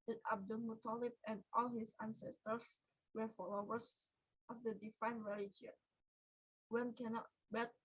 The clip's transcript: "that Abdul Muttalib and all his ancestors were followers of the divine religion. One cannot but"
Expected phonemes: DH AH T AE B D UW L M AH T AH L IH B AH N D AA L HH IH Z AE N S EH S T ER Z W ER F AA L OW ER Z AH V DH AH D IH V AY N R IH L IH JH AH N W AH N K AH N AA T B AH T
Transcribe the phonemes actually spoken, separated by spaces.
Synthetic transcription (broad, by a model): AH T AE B D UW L M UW T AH L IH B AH N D AA L HH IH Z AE N S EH S T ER S W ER F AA L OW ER S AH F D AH D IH F AY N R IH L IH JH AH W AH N K AH N AA T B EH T